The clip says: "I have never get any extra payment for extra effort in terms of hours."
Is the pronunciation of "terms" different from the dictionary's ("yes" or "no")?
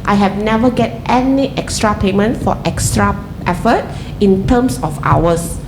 yes